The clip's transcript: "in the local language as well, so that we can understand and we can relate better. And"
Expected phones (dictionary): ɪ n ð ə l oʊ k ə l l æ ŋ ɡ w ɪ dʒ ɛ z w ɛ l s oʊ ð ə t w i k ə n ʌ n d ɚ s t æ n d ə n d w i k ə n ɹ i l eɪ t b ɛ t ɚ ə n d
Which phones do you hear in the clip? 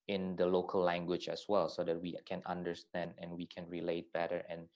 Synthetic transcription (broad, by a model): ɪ n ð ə l oʊ k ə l l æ ŋ ɡ w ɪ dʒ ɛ s w ɛ l s oʊ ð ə t w i k ə n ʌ n d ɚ s t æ n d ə n w i k ə n ɹ i l eɪ t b ɛ t ɚ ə n